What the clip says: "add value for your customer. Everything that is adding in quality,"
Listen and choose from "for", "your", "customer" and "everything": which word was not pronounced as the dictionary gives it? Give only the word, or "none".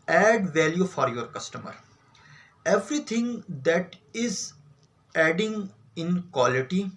everything